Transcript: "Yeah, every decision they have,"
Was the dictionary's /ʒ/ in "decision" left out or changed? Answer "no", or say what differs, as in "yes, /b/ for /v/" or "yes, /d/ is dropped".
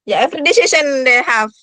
yes, /ʃ/ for /ʒ/